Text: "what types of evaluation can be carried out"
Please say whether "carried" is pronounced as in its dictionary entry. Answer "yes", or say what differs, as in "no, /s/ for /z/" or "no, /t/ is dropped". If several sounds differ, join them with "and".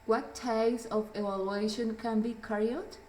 no, /d/ is dropped